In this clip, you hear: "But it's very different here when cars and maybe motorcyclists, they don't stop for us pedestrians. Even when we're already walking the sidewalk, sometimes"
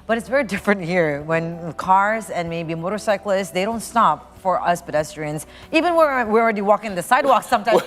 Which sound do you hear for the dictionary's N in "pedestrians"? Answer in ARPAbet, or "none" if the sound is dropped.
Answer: N